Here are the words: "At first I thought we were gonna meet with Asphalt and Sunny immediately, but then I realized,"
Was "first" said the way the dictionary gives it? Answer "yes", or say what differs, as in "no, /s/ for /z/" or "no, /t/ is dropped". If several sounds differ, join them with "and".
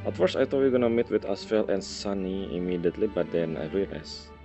no, /t/ is dropped